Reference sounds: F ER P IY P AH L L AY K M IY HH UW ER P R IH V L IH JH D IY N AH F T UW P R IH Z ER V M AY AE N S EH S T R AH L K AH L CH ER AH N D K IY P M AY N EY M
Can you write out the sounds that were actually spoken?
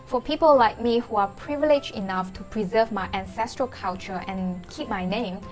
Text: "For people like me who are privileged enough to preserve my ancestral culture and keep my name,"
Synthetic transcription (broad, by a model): F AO P IY P AH L L AY K M IY HH UW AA P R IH V L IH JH IY N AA F T UW P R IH Z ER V M AY AE N S EH S T R AH L K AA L CH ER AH N K IY P M AY N EY M